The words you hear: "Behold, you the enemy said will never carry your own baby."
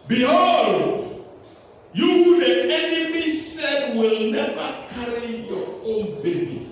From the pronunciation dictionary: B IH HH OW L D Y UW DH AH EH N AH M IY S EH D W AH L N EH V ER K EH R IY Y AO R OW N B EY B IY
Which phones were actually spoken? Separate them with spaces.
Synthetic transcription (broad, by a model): B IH HH OW L D Y UW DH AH EH N AH M IY S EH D W AH L N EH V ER K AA R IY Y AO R OW N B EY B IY